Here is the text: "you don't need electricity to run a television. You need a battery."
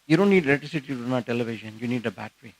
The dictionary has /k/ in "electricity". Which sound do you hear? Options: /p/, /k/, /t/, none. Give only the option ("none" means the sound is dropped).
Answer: none